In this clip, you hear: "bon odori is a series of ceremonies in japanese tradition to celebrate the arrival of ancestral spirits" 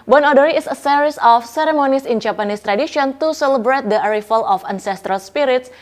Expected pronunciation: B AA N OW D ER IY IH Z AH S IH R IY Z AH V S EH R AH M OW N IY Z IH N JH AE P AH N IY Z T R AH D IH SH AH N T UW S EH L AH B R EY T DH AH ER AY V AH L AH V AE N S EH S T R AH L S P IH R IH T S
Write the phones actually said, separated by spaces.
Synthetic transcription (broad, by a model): B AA N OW D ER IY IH S AH S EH R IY S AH F S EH R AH M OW N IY S IH N JH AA P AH N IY S T R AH D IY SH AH N T UW S EH L AH B R EY T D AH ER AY F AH L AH F AE N S EH S T R AH L S P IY R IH T S